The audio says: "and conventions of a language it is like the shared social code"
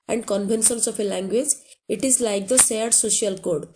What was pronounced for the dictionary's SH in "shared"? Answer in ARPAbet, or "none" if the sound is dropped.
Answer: S